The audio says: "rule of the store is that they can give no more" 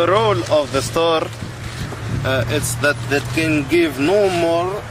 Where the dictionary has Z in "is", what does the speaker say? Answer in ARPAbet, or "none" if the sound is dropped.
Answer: S